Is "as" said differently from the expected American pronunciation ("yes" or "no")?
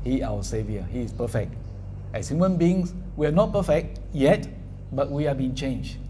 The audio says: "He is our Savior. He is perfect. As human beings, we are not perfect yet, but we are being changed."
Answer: yes